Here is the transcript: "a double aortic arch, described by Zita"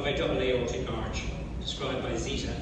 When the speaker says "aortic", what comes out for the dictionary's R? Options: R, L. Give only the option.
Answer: L